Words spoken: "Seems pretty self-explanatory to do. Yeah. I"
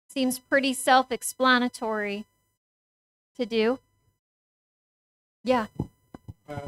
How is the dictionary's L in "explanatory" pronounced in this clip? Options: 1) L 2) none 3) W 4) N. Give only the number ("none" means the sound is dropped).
1